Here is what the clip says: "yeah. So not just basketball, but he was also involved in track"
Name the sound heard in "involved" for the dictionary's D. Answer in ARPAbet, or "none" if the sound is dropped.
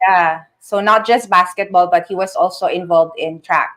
D